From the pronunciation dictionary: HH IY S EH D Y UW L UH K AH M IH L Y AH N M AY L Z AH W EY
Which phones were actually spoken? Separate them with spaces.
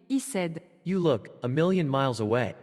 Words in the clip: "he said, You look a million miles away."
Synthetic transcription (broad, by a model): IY S EH D Y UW L UH K AH M IH L Y AH N M AY L Z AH W EY